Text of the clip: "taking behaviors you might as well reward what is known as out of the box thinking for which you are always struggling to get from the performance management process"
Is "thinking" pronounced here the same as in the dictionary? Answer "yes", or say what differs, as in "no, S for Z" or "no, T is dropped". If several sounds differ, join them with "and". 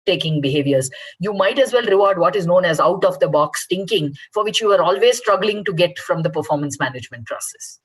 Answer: no, T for TH